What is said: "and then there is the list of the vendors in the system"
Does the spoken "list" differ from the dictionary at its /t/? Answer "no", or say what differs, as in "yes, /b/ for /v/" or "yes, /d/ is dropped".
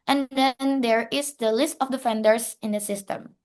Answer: no